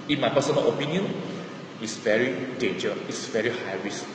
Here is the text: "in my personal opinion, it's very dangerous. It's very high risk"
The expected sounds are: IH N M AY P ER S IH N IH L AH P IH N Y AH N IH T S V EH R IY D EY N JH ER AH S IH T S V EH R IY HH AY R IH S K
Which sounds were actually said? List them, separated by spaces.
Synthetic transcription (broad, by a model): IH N M AY P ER S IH N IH L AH P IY N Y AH N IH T S V EH R IY D EY N JH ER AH IH T S V EH R IY HH AY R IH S